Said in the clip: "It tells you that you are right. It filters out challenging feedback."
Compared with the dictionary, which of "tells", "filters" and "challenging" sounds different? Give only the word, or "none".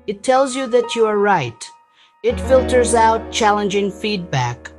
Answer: none